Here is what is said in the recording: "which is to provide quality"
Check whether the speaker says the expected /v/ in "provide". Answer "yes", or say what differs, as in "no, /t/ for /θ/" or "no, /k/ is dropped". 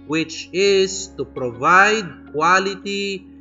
yes